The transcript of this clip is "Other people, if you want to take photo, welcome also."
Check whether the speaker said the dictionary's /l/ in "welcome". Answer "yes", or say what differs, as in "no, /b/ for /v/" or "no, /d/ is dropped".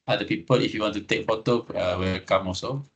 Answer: no, /l/ is dropped